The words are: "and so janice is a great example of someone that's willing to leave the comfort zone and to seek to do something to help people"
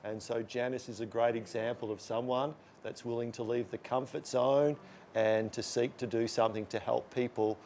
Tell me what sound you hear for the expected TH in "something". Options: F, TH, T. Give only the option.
TH